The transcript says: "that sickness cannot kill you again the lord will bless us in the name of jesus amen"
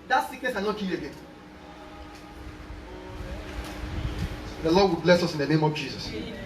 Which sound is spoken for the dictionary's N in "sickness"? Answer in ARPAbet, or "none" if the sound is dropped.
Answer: none